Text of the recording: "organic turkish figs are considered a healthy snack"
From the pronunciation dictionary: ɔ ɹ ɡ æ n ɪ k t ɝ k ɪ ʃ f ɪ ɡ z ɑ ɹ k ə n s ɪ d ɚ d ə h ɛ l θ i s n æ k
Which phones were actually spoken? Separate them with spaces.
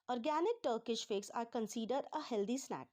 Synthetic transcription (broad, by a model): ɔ ɹ ɡ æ n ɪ k t ɝ k ɪ ʃ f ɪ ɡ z ɑ ɹ k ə n s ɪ d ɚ d ə h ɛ l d i s n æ k